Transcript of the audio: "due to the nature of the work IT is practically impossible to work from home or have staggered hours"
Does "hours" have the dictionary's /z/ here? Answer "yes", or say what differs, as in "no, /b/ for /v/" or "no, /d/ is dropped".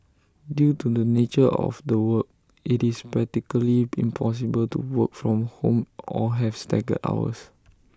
no, /s/ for /z/